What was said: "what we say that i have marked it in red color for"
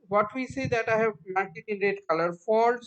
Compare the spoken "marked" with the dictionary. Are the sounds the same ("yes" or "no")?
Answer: no